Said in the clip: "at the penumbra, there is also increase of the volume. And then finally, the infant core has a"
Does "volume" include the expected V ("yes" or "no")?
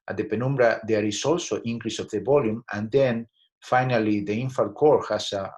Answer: no